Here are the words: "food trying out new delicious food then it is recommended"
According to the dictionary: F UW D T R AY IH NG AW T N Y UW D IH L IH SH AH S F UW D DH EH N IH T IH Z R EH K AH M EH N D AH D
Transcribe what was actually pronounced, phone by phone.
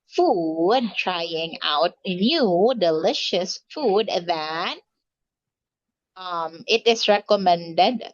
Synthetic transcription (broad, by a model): F UW D T R AY IH NG AW T N Y UW D IH L IH SH AH S F UW D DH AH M IH T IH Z R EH K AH M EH N D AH D